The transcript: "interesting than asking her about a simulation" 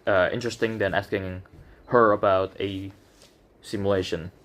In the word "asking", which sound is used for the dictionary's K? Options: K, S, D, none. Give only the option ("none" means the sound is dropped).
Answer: K